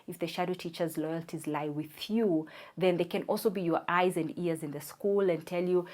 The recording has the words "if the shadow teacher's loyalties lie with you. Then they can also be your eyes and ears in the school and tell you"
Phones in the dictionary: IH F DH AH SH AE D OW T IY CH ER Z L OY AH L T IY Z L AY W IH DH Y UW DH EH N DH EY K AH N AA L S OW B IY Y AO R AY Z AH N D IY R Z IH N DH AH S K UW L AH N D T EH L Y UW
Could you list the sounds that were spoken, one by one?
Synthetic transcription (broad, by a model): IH F DH AH SH AE D OW T IY CH ER Z L OY AH L T IY Z L AY W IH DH Y UW DH EH N DH EY K AH N AA L S OW B IY Y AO R AY Z AH N D IY R Z IH N DH AH S K UW L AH N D T EH L Y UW